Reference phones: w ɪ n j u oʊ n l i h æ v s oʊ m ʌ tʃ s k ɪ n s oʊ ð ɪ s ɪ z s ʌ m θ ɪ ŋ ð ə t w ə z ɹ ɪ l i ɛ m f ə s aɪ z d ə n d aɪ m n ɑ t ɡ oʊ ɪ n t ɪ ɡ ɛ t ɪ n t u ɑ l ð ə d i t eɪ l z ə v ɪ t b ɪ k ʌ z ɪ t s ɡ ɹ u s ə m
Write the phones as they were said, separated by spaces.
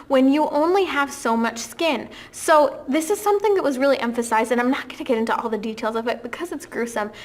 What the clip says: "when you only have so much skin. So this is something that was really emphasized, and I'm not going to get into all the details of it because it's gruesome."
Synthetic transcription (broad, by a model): w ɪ n j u oʊ n l i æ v s oʊ m ʌ tʃ s k ɪ n s oʊ ð ɪ s ɪ z s ʌ m θ ɪ ŋ ð ə t w ə z ɹ ɪ l i ɛ m f ə s aɪ z d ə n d aɪ m n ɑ t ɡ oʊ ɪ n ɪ ɡ ɛ t ɪ n t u ɑ l ð ə d i t eɪ l z ə v ɪ t b ɪ k ʌ z ɪ t s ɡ ɹ u s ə m